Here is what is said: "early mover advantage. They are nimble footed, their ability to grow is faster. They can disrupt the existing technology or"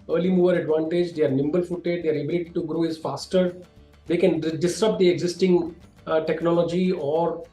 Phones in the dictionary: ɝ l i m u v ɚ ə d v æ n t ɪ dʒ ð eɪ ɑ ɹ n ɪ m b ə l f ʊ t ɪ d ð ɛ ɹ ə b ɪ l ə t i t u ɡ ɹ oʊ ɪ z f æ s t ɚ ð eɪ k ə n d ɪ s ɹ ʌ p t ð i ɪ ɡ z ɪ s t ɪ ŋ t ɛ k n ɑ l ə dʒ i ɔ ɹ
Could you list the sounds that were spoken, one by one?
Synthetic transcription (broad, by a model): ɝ l i m u v ɚ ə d v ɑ n t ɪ dʒ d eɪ ɹ n ɪ m b ə l f ʊ t ɪ d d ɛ ɹ ə b ɪ l ə t i t u ɡ ɹ oʊ ɪ z f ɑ s t ɚ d eɪ k ə n d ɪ s ɹ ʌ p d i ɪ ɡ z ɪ s t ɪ ŋ t ɛ k n ɑ l ə dʒ i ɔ ɹ